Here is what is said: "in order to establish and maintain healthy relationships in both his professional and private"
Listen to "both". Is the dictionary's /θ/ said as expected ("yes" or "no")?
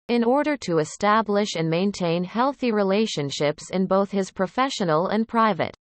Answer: yes